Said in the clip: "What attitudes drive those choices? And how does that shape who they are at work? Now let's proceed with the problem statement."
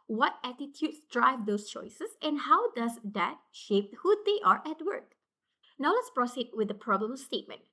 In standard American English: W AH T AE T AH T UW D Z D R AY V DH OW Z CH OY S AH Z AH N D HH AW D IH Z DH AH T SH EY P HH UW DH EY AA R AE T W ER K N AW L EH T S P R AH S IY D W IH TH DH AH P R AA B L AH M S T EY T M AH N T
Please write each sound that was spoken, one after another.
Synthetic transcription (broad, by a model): W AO T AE T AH T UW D S D R AY V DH OW S CH OY S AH S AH N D HH AW D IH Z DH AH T SH EY P HH UW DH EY AA R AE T W ER K N AW L EH T S P R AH S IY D W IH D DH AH P R AA B L AH M S T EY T M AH N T